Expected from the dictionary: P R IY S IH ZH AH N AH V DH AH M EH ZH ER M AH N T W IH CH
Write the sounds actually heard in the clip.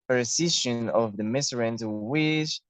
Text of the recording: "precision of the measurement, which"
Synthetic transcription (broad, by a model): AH R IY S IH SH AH N AH V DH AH M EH S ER AH N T W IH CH